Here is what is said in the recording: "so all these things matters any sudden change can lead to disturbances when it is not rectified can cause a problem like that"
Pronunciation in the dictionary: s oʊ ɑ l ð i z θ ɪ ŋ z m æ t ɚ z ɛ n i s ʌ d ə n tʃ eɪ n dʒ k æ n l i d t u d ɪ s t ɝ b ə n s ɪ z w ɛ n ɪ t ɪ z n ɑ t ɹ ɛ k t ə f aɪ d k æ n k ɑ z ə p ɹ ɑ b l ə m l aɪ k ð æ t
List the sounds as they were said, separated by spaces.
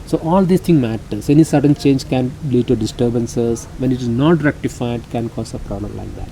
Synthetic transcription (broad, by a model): s oʊ ɑ l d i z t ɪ ŋ m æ t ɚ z ɛ n i s ʌ d ə n tʃ eɪ n dʒ k æ n l i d t u d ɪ s t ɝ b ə n s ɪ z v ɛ n ɪ t ɪ z n ɑ t ɹ ɛ k t ə f aɪ d k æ n k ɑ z ə p ɹ ɑ b l ə m l aɪ k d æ t